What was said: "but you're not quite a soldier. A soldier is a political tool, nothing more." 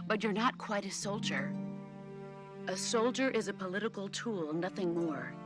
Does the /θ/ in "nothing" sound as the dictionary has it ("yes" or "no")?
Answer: yes